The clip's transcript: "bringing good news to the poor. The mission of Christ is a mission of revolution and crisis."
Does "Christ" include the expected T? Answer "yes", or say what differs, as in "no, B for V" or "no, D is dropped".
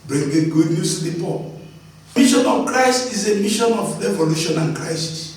yes